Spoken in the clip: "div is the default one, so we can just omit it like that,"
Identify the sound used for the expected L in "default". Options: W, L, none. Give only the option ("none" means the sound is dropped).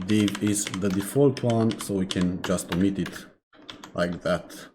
L